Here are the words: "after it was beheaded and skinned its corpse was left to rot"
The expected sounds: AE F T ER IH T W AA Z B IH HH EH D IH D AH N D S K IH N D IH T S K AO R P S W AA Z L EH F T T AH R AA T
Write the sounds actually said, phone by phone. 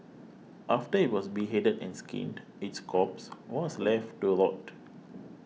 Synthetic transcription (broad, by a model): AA F T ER IH T W AA S B IH HH EH D IH D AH N S K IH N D IH T S K AO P S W AA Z L EH F T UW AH L AA T